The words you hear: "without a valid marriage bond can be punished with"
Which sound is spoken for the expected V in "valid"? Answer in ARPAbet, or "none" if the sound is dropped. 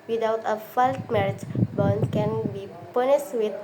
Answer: F